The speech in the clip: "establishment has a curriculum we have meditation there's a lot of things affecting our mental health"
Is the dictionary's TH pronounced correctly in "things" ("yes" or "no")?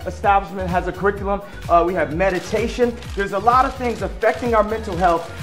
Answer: yes